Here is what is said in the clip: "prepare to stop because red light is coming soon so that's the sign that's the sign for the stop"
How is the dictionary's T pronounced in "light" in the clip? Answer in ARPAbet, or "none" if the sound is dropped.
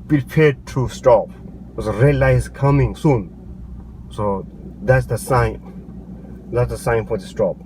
none